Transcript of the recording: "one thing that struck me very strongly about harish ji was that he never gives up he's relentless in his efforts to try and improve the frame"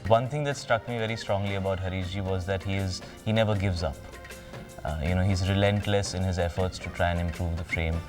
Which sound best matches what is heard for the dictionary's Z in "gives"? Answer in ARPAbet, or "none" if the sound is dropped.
Z